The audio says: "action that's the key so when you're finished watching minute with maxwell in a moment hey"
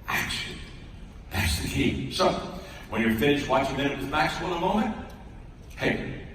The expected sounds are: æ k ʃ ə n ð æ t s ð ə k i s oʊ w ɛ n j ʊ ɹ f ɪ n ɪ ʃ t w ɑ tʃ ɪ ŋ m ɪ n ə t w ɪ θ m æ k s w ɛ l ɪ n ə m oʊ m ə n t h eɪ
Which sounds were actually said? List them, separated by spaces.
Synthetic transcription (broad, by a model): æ k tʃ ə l ð æ t s ð ə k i s oʊ w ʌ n j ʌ ɹ f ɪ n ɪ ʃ w ɑ tʃ ɪ ŋ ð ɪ ə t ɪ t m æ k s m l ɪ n ə m oʊ m ə n t h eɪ